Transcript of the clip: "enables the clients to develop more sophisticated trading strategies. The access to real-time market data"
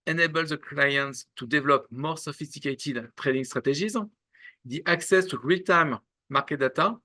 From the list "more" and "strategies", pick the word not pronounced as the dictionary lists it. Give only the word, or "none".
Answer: strategies